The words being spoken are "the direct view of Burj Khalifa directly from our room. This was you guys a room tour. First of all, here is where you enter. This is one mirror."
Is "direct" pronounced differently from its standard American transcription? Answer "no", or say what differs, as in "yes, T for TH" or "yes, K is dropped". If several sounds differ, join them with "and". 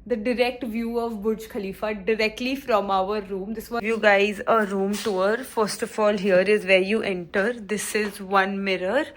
no